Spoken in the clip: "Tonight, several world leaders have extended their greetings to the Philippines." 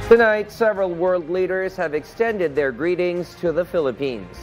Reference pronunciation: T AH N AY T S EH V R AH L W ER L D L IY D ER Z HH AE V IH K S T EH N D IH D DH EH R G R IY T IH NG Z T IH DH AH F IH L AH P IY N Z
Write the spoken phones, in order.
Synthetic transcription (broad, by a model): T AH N AY T S EH V R AH L W ER L D L IY D ER Z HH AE V IH K S T EH N D IH D DH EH R G R IY T IH NG Z T IH DH AH F IH L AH P IY N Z